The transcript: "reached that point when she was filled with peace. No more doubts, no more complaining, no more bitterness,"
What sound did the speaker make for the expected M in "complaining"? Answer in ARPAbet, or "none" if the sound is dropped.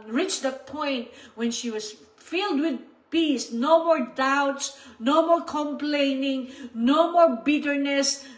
M